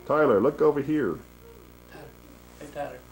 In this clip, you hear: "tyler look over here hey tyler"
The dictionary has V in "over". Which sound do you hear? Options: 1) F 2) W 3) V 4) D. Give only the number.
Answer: 3